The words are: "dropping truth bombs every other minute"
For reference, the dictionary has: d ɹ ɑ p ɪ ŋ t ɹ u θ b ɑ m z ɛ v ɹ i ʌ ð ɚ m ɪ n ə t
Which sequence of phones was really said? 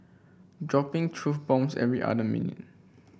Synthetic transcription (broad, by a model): d ɹ ɑ p ɪ ŋ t ɹ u f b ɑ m s ɛ v ɹ i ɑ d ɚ m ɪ n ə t